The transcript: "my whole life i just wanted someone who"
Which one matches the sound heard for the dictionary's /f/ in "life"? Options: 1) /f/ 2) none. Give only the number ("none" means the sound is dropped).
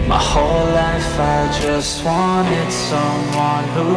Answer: 1